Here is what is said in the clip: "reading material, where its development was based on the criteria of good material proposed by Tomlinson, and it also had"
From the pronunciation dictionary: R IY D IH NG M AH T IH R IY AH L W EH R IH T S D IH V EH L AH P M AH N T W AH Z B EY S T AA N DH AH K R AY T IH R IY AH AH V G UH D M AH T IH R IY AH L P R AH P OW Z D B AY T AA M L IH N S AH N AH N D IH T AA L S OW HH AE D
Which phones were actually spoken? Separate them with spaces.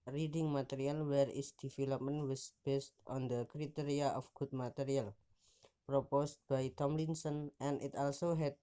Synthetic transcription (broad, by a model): R IY D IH NG M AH T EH R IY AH L W EH R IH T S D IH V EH L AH P M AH N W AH S B EY S T AA N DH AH K R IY T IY R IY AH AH F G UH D M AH T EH R IY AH L P R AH P OW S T B AY T AA M L IH N S AH N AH N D IH T AA L S OW HH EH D